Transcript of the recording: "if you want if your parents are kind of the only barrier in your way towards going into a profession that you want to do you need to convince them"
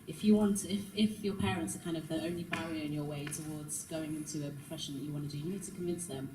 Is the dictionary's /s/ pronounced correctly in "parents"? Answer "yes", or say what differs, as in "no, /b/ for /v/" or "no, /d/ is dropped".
yes